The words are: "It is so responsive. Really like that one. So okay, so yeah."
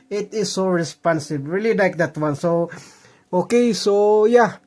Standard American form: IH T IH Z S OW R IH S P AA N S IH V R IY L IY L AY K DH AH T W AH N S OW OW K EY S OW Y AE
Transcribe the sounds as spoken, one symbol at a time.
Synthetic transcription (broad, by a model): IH T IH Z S OW R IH S P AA N S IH B R IY L IY L AY K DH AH T W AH N S OW OW K EY S OW Y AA